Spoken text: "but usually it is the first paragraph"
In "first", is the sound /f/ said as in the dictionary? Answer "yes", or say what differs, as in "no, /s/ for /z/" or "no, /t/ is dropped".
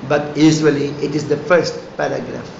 yes